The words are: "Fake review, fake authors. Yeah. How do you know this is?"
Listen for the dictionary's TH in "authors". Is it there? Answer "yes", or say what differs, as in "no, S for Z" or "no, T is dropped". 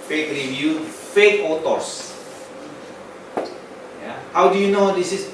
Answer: no, T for TH